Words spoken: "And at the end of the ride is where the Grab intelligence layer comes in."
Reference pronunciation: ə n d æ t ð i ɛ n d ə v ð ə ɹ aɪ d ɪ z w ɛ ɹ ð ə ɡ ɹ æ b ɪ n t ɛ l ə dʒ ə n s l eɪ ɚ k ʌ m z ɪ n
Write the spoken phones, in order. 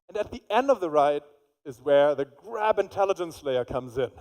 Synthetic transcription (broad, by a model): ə n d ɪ t ð i ɛ n d ə v ð ə ɹ aɪ d ɪ z w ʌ ɹ ð ə ɡ ɹ æ b ɪ n t ɛ l ə dʒ ə n s l eɪ ɚ k ʌ m z ɪ n